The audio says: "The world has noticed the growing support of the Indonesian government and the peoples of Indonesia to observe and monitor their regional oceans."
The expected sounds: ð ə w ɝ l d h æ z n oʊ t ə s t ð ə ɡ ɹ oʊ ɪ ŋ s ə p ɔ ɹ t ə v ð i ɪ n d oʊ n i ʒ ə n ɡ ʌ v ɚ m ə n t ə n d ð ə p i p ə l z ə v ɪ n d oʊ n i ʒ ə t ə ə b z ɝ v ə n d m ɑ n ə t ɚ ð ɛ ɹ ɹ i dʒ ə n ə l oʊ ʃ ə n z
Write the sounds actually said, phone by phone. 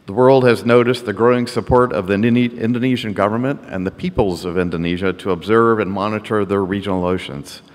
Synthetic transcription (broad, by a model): ð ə w ɝ l d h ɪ z n oʊ t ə s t ð ə ɡ ɹ oʊ ɪ ŋ s ə p ɔ ɹ t ə v ð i ɪ n d oʊ n i ʒ ə n ɡ ʌ v ɚ m ə n t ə n ð ə p i p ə l z ə v ɪ n d oʊ n i ʒ ə t ə ə b z ɝ v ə n m ɑ n ə t ɚ ð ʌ ɹ ɹ i dʒ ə n l oʊ ʃ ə n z